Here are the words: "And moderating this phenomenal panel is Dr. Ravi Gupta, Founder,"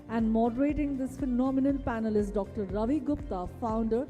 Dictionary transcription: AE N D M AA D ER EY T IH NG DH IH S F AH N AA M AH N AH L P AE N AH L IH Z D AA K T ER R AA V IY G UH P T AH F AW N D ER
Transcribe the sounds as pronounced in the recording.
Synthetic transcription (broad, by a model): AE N D M AA D ER EY T IH NG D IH S F AH N AA M AH N AH L P AE N AH L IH S D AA K T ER R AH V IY G UH P T AH F AW N D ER